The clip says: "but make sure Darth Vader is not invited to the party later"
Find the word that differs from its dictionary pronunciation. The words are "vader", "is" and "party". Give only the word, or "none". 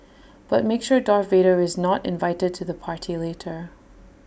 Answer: none